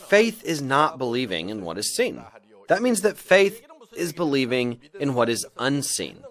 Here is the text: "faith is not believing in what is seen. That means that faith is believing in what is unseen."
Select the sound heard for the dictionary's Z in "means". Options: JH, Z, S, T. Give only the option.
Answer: Z